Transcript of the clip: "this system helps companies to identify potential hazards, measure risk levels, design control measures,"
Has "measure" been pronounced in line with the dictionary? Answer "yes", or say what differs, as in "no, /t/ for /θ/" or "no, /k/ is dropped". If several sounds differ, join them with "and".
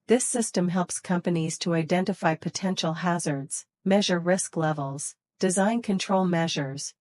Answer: yes